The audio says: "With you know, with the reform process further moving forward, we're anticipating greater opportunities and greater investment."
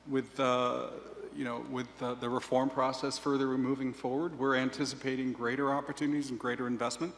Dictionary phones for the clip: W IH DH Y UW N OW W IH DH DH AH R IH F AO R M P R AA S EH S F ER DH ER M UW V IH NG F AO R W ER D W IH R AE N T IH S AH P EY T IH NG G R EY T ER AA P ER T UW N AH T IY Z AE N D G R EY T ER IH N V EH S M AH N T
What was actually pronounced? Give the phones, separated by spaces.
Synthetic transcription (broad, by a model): W IH DH Y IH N OW W IH DH DH AH R IH F AO R M P R AA S EH S F ER DH ER M UW V IH NG F AO R W ER D W IH R AE N T IH S AH P EY T IH NG G R EY T ER AA P ER T UW N AH T IY Z N G R EY T ER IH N V EH S M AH N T